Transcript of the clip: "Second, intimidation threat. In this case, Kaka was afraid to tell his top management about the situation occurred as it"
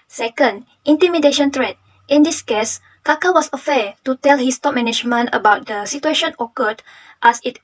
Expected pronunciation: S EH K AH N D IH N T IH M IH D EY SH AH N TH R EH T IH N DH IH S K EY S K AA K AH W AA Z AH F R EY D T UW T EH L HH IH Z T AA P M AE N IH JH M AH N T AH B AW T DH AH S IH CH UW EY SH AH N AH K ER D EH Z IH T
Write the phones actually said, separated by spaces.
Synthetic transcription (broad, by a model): S EH K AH N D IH N T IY M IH D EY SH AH N T R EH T IH N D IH S K EY S K AA K AH W AA S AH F EY T UW T EH L HH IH S T AA P M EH N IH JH M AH N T AH B AW T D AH S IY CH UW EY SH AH N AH K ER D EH S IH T